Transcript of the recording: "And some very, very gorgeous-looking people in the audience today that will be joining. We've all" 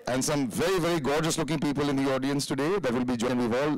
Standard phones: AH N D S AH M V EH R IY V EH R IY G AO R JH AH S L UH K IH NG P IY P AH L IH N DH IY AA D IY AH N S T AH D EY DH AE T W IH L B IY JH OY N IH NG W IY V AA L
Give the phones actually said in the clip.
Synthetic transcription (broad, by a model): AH N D S AH M V EH R IY V EH R IY G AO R JH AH S L UH K IH NG P IY P AH L IH N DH IY AA D IY AH N S T AH D EY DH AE T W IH L B IY JH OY IH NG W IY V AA L